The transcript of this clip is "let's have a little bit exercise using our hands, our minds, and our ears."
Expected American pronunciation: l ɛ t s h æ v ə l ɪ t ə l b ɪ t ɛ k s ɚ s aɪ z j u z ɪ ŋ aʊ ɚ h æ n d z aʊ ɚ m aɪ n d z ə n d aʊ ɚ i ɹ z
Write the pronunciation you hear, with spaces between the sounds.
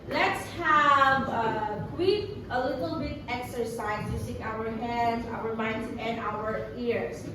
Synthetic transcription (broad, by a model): l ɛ t s h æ v ə l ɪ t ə l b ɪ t ɛ k s ɚ s aɪ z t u s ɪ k aʊ ɚ h æ n d z aʊ ɚ m aɪ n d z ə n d aʊ ɚ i ɹ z